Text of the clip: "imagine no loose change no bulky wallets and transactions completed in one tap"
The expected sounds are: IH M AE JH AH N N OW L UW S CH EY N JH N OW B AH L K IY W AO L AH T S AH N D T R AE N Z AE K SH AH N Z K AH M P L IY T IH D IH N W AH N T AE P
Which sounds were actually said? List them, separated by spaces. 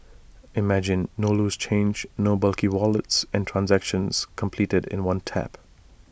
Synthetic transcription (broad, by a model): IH M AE JH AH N N OW L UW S CH EY N JH N OW B AH L K IY W AO L AH T S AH N T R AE N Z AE K SH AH N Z K AH M P L IY T IH D IH N W AH N T AE P